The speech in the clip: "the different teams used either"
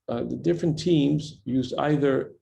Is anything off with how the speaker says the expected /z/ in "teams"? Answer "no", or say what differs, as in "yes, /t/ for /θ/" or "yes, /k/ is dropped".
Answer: no